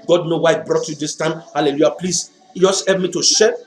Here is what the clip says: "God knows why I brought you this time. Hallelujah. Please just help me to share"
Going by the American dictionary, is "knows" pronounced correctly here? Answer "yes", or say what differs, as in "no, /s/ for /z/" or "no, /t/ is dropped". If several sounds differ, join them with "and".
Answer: no, /z/ is dropped